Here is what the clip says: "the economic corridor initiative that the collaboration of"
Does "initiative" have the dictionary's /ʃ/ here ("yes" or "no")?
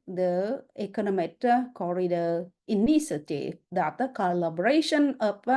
no